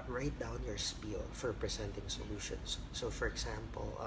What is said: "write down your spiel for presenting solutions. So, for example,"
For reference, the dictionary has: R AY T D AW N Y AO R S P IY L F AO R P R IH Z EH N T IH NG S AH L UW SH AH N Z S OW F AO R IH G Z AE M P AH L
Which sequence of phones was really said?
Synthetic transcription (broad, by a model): R AY T D AW N Y AO R S P IY L F AO R P R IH S EH N T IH NG S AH L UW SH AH N S OW F AO R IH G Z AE M P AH L